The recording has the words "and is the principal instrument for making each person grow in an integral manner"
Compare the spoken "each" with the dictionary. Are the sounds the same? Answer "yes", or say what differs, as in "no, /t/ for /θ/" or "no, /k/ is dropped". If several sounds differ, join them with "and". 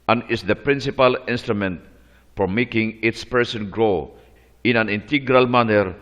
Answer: no, /s/ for /tʃ/